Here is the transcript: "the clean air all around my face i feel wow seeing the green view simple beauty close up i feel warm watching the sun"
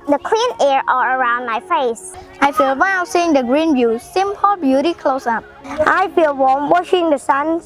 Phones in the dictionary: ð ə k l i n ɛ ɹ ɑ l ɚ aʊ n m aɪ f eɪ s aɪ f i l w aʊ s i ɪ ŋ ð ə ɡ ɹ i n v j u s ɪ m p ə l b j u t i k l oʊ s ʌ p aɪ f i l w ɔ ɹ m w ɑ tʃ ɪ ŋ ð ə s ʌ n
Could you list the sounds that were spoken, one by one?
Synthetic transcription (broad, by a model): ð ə k l i n ɛ ɹ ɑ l ɚ aʊ n m aɪ f eɪ s aɪ f i l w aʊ s i ɪ ŋ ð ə ɡ ɹ i n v j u s ɪ m p ə l b j u t i k l oʊ s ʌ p aɪ f i l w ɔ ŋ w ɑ ʃ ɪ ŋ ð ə s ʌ n